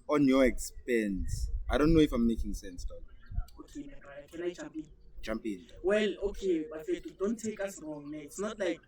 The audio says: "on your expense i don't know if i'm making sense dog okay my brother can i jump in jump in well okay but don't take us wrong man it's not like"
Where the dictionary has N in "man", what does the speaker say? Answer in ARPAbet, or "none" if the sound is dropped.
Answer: none